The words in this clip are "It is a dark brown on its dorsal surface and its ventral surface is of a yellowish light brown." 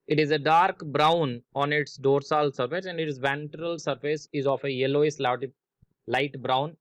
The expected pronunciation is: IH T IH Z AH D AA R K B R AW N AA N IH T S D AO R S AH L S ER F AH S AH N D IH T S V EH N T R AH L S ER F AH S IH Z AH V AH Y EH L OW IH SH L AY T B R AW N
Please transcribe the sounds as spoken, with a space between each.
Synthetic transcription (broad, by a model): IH T IH Z AH D AA R K B R AW N AA N IH T S D AO R S AH L S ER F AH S AH N D IH T S V EH N T R AH L S ER F AH S IH Z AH F AH Y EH L OW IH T L AY T B R AW N